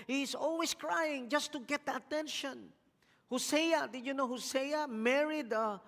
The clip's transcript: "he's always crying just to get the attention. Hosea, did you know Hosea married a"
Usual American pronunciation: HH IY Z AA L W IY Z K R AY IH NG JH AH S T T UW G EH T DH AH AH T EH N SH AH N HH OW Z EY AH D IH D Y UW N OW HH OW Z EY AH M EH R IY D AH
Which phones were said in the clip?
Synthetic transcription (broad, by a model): HH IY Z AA L W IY S K R AY IH NG JH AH S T T UW G EH T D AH AH T EH N SH AH N HH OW S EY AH D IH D Y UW N OW HH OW S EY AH M EH R IY D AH